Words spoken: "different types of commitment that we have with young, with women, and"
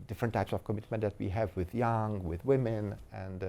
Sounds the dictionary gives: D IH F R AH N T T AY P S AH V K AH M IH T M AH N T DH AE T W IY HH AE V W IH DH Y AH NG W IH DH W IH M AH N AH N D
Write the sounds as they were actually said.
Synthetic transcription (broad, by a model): D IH F R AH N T T AY P S AH V K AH M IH T M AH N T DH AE T W IY HH AE V W IH DH Y AH NG W IH DH W IH M AH N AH N D